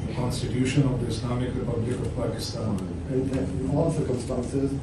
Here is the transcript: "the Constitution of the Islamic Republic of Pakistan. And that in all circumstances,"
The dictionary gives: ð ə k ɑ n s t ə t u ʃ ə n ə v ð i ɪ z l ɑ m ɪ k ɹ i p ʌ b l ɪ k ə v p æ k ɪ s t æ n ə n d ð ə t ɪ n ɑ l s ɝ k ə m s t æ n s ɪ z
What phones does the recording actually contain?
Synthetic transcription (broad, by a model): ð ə k ɑ n s t ə t u ʃ ə n ə v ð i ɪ s l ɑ m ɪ k ɹ i p ʌ b l ɪ k ə v p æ k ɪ s t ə n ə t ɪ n ɑ l s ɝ k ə m s t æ n s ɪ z